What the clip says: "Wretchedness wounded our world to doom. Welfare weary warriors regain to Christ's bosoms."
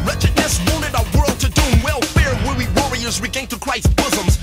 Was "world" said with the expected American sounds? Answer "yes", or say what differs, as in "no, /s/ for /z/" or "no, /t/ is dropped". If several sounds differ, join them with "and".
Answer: yes